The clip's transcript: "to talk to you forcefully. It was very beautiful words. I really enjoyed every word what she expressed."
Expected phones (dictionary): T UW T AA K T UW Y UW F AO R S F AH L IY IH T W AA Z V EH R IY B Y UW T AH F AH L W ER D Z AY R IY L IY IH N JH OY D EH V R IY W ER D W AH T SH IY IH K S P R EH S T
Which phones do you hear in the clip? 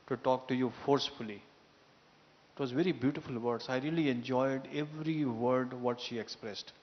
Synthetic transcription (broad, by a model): T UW T AA K T UW Y UW F AO R S F AH L IY IH T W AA Z V EH R IY B Y UW T AH F AH L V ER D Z AY R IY L IY IH N JH OY D EH V R IY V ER D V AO T SH IY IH K S P R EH S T